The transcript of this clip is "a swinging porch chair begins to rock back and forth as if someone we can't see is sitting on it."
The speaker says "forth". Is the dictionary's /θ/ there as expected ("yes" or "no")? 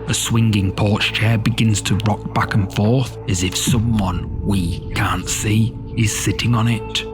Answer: yes